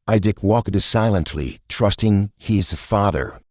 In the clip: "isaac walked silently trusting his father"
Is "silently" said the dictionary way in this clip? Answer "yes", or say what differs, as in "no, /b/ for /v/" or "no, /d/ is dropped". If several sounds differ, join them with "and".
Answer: yes